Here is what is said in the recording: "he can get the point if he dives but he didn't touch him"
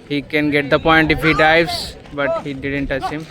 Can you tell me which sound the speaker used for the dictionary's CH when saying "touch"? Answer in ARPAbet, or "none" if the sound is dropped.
S